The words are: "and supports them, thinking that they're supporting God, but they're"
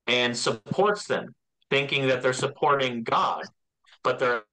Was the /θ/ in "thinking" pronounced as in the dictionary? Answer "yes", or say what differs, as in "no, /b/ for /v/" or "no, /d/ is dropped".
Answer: yes